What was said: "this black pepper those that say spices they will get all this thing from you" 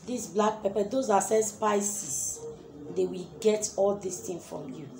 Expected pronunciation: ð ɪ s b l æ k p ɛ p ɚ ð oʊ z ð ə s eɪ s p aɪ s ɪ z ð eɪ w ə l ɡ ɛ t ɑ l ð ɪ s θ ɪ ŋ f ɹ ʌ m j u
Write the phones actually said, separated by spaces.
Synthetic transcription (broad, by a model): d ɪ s b l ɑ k p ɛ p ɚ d oʊ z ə s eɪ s p aɪ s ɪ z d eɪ w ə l ɡ ɛ t ɑ l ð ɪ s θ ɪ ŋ f ɹ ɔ m j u